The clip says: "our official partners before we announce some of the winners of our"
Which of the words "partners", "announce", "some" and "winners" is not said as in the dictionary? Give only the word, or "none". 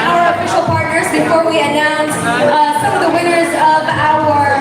none